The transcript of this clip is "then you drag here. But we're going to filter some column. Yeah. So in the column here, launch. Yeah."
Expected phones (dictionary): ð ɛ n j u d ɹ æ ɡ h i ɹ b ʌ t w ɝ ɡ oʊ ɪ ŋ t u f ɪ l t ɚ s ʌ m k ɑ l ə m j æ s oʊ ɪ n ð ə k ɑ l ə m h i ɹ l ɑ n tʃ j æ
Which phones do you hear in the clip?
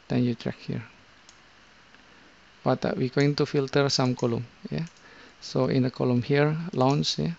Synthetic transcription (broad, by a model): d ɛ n j u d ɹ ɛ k h i ɹ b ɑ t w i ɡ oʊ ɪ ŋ t u f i l t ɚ s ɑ m k ɑ l ə m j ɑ s oʊ ɪ n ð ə k ɑ l ə m h i ɹ l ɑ n s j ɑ